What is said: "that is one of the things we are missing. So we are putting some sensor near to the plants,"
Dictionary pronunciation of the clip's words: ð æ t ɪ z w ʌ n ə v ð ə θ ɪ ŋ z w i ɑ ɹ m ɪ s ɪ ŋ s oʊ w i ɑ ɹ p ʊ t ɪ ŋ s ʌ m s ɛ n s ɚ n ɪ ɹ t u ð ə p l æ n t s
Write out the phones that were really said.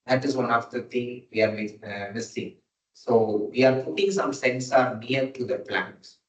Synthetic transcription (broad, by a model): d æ t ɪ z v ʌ n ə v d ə t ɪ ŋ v i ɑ ɹ m ɪ s ɪ ŋ s oʊ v i ɑ ɹ p ʊ t ɪ ŋ s ʌ m s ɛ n s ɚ n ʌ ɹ t u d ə p l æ n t s